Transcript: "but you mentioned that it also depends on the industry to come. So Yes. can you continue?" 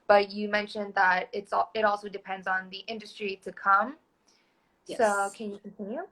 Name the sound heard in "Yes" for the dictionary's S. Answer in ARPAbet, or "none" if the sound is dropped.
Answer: none